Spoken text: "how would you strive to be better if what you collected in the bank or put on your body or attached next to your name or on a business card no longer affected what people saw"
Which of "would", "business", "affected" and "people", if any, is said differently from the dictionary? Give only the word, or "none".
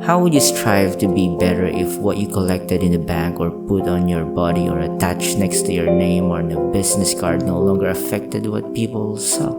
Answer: business